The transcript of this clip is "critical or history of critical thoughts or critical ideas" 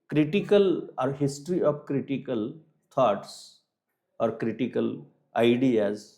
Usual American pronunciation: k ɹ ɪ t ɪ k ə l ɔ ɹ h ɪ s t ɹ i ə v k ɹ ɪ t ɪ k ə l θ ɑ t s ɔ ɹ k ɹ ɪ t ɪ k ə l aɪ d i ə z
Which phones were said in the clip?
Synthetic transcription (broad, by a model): k ɹ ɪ t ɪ k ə l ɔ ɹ h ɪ s t ɹ i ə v k ɹ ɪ t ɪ k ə l t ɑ t s ɔ ɹ k ɹ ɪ t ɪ k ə l aɪ d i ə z